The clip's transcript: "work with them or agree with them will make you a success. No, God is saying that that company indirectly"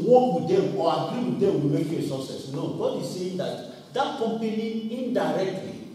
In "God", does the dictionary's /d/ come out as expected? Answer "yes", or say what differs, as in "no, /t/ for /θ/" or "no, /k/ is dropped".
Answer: yes